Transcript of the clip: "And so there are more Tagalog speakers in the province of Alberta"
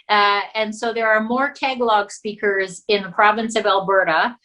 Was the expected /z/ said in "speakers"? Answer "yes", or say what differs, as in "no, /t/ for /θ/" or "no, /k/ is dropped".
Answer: yes